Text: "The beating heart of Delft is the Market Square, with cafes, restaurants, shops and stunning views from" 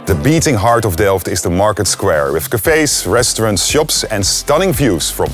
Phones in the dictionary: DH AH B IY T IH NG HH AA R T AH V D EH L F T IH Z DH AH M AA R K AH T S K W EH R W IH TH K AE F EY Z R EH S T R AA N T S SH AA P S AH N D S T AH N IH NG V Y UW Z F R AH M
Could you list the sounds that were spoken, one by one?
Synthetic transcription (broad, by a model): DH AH B IY T IH NG HH AA R T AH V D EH L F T IH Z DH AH M AA R K AH T S K W EH R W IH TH K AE F EY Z R EH S T R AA N T SH AA P S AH N S T AH N IH NG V Y UW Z F R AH M